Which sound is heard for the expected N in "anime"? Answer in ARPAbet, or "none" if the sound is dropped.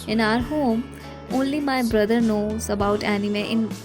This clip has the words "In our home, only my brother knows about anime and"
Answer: N